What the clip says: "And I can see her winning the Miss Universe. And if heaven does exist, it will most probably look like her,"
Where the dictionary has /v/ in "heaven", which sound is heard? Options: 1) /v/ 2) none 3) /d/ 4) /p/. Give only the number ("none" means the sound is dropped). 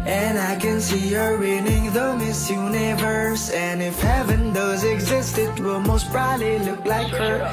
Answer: 1